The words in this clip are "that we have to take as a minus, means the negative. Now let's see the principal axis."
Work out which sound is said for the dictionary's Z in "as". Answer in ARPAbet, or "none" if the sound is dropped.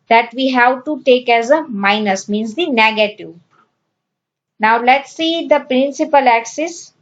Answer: Z